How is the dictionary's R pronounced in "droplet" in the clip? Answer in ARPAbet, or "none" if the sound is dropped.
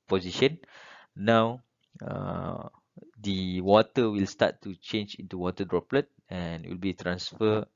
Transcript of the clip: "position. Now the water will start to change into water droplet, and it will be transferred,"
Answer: R